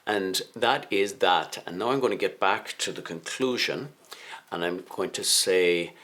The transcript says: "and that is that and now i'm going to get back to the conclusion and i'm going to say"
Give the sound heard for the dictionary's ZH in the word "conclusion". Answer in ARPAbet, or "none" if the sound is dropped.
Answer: ZH